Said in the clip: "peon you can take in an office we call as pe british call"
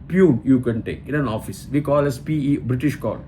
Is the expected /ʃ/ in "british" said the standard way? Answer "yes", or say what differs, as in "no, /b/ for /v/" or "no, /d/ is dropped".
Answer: yes